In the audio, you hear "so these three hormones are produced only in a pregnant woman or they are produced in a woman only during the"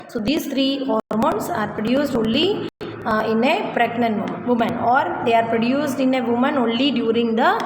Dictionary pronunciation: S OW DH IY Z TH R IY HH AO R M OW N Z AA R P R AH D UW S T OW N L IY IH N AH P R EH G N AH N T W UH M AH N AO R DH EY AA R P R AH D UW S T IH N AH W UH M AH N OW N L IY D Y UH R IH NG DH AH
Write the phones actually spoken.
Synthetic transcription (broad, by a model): S OW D IY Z T R IY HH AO R M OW N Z AA R P R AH D UW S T OW N L IY IH N AH P R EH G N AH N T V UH M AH N AO R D EY AA R P R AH D UW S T IH N AH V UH M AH N OW N L IY D Y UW R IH NG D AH